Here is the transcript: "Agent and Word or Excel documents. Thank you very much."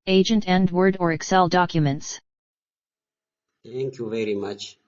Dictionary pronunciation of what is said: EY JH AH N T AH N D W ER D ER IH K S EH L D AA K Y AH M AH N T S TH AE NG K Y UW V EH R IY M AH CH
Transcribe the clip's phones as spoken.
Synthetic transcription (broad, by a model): EY JH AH N T AH N D W ER D ER IH K S EH L D AA K Y AH M AH N T S T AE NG K Y UW V EH R IY M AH CH